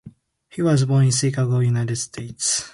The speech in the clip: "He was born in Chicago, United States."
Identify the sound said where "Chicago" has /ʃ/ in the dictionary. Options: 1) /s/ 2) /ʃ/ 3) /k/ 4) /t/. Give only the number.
1